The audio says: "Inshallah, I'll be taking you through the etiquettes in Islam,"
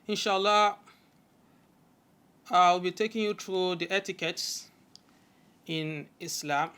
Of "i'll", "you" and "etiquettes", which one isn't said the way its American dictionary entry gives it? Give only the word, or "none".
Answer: i'll